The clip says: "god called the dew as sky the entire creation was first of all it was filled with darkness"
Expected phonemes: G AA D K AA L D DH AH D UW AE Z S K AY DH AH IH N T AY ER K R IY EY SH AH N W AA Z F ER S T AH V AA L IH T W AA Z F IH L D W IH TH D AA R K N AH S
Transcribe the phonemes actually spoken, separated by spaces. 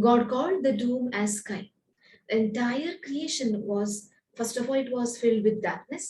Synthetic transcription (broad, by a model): G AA D K AA L D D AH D UW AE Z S K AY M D IH N T AY ER K R IY EY SH AH N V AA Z F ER S T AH F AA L IH T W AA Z F IH L D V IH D D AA R K N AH S